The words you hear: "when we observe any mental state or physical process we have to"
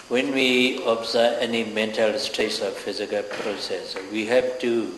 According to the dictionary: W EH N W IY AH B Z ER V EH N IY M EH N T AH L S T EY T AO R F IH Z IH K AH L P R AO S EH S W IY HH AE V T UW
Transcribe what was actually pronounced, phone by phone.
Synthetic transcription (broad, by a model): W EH N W IY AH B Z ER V EH N IY M EH N T AH L S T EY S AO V F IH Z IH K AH L P R AO S EH S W IY HH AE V T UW